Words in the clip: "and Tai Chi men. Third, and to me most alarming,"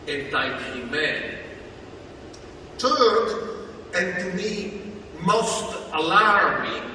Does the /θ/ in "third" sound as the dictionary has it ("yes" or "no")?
no